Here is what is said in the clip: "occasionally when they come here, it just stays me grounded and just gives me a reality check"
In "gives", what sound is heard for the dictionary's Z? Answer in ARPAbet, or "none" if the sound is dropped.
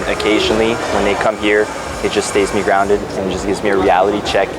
Z